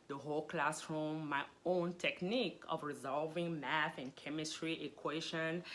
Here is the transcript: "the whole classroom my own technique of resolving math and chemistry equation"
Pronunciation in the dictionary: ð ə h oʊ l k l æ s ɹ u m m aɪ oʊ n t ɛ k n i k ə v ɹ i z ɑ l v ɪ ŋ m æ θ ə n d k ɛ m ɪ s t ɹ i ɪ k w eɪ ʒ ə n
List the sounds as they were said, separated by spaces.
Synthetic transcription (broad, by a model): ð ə h oʊ l k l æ s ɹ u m m aɪ oʊ n t ɛ k n i k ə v ɹ i z ɑ l v ɪ ŋ m æ θ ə n k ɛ m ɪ s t ɹ i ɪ k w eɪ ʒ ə n